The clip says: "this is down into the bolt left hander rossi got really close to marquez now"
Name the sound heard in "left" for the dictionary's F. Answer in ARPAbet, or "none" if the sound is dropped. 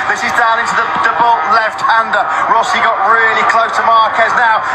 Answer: F